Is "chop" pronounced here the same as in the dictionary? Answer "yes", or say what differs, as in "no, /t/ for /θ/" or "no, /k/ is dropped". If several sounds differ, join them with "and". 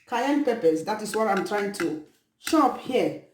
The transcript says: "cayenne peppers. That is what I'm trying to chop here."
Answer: no, /ʃ/ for /tʃ/